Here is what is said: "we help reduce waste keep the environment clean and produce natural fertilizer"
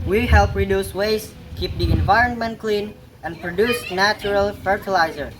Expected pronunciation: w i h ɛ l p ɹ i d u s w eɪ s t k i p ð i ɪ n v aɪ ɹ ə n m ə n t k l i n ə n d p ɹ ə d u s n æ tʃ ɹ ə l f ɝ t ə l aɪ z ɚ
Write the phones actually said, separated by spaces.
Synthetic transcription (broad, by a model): w i h ɛ l p ɹ i d u s w eɪ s k i p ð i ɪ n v aɪ ɹ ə n m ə n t k l i n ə n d p ɹ ə d u s n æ tʃ ɹ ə l f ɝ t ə l aɪ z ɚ